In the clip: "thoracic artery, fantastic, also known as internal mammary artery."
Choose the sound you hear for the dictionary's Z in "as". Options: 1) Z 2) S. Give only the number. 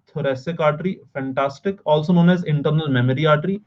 1